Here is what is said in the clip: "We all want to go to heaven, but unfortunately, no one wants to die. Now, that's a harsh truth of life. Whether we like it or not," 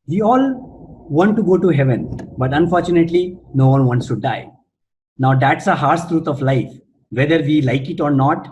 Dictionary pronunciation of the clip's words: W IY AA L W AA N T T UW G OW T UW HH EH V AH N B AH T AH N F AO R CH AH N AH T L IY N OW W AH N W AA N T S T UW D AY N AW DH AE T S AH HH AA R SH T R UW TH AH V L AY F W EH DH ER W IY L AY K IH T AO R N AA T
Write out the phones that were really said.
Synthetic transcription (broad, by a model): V IY AA L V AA N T T UW G OW T UW HH EH V AH N B AH T AH N F AO R CH AH N AH T L IY N OW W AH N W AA N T S T UW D AY N AW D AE T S AH HH AA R S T R UW T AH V L AY F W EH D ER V IY L AY K IH T AO R N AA T